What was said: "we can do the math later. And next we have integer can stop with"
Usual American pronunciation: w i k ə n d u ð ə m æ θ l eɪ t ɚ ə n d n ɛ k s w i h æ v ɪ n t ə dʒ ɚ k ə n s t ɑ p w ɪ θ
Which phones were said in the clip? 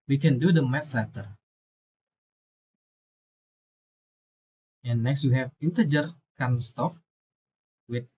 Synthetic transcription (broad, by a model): w i k ə n d u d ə m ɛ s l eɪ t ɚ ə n n ɛ k s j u h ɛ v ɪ n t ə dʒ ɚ k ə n s t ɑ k w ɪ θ